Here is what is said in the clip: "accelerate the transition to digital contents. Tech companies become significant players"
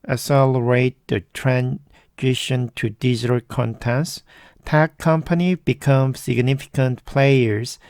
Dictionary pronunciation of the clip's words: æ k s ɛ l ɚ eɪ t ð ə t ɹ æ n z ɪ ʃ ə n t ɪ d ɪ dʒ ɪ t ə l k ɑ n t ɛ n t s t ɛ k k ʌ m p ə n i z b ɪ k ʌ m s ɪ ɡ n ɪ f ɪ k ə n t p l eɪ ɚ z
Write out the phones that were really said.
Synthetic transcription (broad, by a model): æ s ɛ l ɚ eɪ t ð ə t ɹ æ n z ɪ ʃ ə n t ɪ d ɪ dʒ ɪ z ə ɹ k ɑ n t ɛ s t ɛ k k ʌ m p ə n i b ɪ k ʌ m s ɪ ɡ n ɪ f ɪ k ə n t p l eɪ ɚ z